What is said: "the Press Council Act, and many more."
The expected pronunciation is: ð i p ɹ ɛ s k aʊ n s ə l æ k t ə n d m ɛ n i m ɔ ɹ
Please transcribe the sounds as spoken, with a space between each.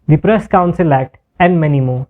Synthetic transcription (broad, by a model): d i p ɹ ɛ s k aʊ n s ə l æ t ə n d m ɛ n i m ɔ